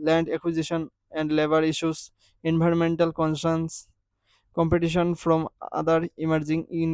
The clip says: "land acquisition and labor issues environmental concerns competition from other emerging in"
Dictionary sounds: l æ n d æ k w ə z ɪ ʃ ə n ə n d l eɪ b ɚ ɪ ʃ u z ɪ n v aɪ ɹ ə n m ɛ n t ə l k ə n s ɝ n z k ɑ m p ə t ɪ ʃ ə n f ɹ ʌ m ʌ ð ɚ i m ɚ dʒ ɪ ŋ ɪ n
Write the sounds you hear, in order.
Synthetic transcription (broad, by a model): l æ n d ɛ k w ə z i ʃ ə n ə n d l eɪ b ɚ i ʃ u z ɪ n b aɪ ɹ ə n m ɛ n t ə l k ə n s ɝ n s k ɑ m p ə t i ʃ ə n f ɹ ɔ m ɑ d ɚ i m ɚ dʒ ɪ ŋ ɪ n